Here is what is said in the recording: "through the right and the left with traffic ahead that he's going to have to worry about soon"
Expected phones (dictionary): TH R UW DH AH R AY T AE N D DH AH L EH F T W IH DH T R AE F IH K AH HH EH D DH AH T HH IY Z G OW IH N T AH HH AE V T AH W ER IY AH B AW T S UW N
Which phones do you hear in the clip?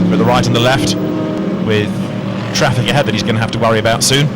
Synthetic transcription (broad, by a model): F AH DH AH R AY T N DH AH L EH F T W IH DH T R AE F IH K AH HH EH D DH AH T HH IY Z G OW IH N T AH HH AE F T AH W ER IY AH B AW T S UW N